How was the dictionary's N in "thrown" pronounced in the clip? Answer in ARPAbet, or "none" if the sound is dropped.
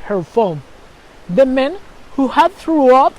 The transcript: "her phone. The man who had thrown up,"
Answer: none